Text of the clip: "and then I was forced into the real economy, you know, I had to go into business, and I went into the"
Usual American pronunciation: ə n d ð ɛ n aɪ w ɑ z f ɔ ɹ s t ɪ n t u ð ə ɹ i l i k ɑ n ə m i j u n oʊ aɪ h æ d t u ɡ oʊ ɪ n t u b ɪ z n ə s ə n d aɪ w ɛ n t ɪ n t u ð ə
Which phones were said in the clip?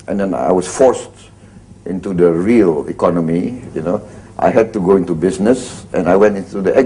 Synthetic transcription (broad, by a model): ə n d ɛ n aɪ w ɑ s f ɔ ɹ s t ɪ n t u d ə ɹ i l i k ɑ n ə m i j u n oʊ aɪ h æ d t u ɡ oʊ ɪ n t u b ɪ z n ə s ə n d aɪ w ɛ n t ɪ n t u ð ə